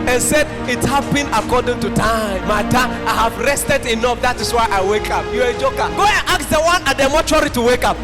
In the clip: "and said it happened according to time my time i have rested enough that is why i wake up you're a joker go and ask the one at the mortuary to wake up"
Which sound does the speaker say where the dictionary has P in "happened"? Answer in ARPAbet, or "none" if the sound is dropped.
B